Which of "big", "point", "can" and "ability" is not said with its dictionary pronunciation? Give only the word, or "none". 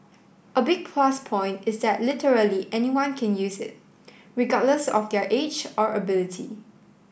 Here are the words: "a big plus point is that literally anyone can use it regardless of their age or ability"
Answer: none